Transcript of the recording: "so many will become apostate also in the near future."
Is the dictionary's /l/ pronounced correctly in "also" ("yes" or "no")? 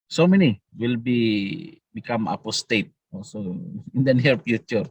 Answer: yes